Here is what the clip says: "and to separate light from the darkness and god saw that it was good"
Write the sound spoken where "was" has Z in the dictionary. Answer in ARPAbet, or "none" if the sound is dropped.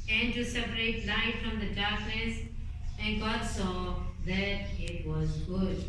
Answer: Z